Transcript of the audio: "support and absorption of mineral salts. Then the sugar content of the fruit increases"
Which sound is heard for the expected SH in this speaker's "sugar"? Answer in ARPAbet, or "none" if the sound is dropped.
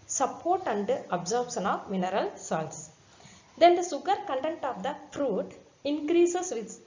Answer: S